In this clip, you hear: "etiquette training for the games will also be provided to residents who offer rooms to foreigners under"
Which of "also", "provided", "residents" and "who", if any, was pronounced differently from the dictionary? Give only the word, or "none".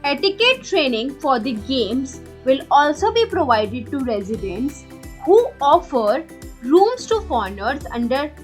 none